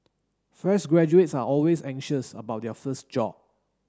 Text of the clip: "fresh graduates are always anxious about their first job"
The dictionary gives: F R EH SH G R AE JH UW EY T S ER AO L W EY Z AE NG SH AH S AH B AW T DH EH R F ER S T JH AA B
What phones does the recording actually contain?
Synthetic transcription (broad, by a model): F R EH S G R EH JH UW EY T S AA AO L W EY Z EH NG SH AH S AH B AW T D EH F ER S T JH AA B